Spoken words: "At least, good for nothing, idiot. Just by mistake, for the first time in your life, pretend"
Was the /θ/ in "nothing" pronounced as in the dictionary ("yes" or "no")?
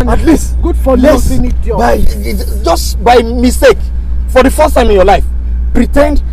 no